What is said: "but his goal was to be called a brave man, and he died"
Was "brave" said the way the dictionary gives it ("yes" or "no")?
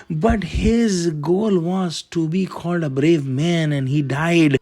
yes